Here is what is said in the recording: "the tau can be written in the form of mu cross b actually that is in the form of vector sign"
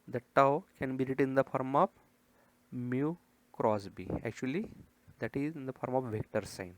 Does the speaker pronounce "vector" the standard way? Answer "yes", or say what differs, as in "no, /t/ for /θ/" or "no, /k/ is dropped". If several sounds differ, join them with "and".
yes